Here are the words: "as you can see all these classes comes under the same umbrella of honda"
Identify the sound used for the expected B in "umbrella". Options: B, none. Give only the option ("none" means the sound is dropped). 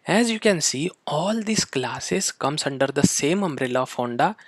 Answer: B